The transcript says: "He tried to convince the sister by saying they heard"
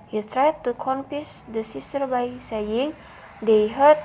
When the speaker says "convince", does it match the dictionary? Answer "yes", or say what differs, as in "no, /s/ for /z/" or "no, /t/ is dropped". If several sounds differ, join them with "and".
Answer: no, /f/ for /v/ and /n/ is dropped